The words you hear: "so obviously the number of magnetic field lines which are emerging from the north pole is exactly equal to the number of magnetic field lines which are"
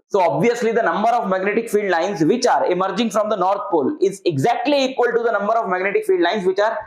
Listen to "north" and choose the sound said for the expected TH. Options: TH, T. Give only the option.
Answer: T